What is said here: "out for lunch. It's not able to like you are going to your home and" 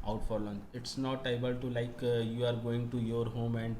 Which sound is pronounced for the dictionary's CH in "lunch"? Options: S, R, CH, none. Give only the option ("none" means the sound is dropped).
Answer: none